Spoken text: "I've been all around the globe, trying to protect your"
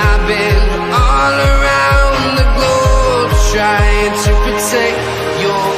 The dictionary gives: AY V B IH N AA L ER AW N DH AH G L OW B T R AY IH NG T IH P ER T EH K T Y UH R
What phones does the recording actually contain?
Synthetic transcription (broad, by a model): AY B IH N AA L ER AW N DH AH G OW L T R AY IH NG T IH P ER T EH K Y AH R